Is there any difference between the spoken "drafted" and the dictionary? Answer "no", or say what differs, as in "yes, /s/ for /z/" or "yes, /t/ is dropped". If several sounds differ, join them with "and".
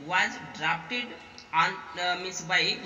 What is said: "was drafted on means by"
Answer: yes, /p/ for /f/